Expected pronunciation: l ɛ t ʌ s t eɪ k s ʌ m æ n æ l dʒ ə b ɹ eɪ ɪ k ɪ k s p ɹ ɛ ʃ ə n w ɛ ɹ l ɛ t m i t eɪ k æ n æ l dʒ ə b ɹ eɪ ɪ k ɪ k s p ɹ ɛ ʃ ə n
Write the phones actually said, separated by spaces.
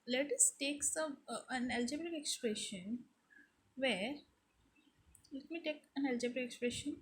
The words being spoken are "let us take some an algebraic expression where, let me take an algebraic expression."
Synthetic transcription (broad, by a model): l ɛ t ʌ s t eɪ k s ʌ æ n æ l dʒ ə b eɪ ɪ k ɪ k s p ɹ ɛ ʃ ə n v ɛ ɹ l ɛ t m i t eɪ k æ n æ l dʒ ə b eɪ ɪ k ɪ k s p ɹ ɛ ʃ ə n